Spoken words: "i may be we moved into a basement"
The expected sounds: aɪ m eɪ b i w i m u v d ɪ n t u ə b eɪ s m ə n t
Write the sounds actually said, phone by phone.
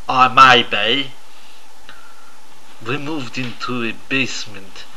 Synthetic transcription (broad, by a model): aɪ m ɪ b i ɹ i m u v d ɪ n t u ə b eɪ s m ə n t